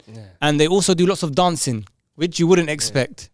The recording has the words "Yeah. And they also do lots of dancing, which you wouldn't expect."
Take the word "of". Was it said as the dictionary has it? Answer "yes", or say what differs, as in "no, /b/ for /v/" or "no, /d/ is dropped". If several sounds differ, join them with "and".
yes